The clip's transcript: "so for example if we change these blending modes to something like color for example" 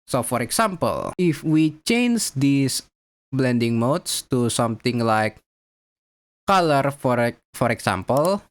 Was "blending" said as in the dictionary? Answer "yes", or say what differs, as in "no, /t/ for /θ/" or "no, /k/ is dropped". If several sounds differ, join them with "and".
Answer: yes